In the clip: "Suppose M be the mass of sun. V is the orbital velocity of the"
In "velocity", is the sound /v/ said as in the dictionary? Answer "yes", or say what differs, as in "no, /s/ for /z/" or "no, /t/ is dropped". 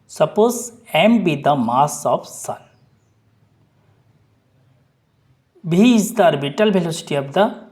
no, /b/ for /v/